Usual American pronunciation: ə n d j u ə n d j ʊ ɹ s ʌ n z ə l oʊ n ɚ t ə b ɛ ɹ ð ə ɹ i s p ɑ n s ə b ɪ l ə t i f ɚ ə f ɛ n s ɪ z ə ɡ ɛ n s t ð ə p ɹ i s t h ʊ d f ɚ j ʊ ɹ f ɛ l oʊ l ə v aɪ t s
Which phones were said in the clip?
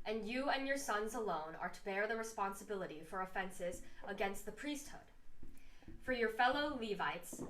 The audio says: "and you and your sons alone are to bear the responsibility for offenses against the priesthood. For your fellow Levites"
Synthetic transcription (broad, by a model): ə n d j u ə n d j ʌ ɹ s ʌ n z ə l oʊ n ɚ t ə b ɛ ɹ ð ə ɹ i s p ɑ n s ə b ɪ l ə t i f ɚ ə f ɛ n s ɪ z ə ɡ ɛ n s t ð ə p ɹ i s t h ʊ d f ɚ j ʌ ɹ f ɛ l oʊ l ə v aɪ t s